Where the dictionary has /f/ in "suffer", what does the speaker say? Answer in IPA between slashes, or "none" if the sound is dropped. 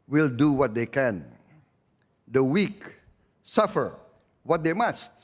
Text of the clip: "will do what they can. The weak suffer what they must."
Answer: /f/